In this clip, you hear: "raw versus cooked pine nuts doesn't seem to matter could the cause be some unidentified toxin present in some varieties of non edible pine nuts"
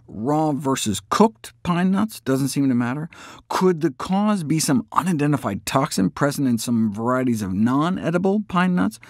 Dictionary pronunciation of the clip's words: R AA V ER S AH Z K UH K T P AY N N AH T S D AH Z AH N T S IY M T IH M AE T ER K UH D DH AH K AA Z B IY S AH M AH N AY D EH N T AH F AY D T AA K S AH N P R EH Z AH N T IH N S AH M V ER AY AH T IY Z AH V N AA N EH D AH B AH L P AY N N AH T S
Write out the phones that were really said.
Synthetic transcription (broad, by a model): R AA V ER S AH Z K UH K T P AY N N AH T S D AH Z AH N T S IY M T IH M AE T ER K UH D DH AH K AA Z B IY S AH M AH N AY D EH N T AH F AY D T AA K S AH N P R EH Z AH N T IH N S AH M V ER AY AH T IY Z AH V N AA N EH D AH B L P AY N N AH T S